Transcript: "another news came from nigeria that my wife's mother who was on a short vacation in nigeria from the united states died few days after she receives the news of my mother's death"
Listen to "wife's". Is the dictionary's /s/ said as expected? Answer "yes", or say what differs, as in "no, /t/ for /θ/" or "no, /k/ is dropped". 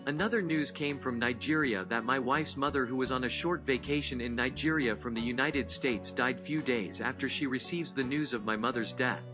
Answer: yes